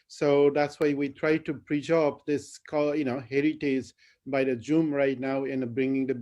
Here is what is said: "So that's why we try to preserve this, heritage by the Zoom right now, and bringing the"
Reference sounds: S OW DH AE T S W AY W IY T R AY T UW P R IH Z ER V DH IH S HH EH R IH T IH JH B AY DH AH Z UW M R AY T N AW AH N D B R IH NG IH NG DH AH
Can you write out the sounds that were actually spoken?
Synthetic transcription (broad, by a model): S OW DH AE T S W AY W IY T R AY T UW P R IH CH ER P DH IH S HH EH R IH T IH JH B AY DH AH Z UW M R AY T N AW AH N B R IH NG IH NG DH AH